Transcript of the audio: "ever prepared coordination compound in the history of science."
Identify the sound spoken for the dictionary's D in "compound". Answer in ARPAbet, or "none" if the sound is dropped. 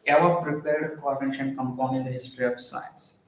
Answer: none